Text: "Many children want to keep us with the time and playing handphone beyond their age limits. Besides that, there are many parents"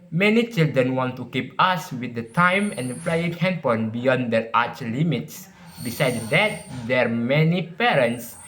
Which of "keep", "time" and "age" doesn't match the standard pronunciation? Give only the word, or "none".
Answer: age